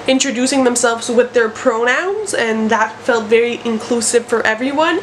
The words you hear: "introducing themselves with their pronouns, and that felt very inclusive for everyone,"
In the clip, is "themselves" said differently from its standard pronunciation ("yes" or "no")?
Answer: no